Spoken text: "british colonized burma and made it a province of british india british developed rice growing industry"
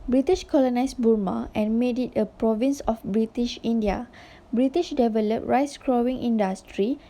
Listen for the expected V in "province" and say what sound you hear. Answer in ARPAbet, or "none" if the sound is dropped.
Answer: V